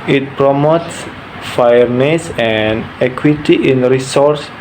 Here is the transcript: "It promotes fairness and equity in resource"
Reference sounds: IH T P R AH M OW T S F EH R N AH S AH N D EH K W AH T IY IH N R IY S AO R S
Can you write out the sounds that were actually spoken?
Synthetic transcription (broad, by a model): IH T P R AH M OW T S F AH R N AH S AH N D EH K W AH T IY IH N R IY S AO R S